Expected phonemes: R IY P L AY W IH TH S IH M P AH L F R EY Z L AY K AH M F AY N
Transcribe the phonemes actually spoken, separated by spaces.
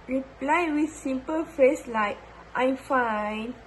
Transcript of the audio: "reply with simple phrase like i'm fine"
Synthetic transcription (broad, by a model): R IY P L AY W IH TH S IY M P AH L F EY S L AY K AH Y F AY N